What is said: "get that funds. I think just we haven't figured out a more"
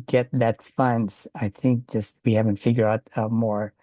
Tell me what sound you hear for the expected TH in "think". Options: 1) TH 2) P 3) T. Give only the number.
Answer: 1